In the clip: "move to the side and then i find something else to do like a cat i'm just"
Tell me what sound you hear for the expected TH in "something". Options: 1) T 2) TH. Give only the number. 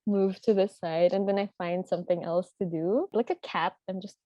2